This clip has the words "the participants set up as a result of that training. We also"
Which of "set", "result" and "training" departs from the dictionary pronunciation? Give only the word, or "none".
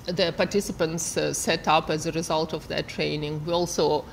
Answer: none